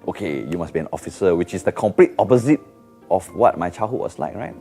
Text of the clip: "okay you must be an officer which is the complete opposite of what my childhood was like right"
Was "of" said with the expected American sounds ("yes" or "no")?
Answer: no